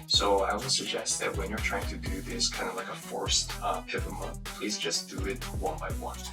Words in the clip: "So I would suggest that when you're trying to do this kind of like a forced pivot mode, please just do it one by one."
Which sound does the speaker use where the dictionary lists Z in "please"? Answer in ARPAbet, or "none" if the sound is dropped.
Z